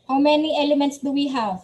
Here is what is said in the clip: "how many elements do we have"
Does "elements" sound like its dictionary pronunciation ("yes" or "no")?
yes